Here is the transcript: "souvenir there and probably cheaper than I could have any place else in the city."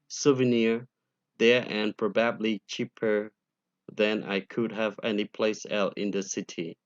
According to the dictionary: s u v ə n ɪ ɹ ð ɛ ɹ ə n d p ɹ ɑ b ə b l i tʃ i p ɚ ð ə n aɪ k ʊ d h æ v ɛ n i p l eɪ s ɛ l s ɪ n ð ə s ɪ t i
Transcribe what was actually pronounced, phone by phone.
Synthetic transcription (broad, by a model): s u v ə n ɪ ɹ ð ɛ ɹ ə n p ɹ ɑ b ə b l i tʃ i p ɚ ð ə n aɪ k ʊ d h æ v ɛ n i p l eɪ s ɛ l ɪ n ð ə s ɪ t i